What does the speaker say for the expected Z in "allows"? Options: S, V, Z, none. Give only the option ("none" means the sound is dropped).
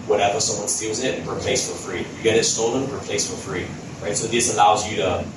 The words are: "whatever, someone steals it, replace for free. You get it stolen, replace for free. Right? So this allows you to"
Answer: Z